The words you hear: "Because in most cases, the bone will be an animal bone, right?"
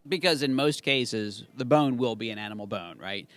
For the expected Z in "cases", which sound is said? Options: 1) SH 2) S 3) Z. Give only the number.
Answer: 3